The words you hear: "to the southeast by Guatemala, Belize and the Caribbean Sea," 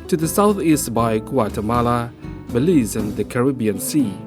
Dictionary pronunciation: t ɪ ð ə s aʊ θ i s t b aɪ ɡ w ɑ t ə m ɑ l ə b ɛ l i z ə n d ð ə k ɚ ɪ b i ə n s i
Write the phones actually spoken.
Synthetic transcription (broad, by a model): t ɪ ð ə s aʊ θ i s t b aɪ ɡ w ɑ t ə m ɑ l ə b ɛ l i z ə n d ð ə k ɚ ɪ b i ə n s i